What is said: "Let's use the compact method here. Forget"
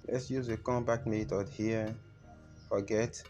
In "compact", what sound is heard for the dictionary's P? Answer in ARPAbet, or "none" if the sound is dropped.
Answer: B